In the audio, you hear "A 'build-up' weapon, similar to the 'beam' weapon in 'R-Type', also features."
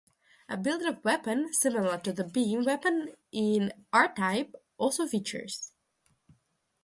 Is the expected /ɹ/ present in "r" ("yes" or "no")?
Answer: yes